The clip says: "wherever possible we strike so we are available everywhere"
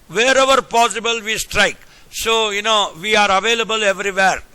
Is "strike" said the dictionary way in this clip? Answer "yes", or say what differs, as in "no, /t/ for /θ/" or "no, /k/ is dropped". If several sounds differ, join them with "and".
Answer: yes